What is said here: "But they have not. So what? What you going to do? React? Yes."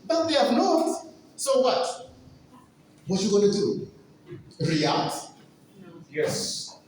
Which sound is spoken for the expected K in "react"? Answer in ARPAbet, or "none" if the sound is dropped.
none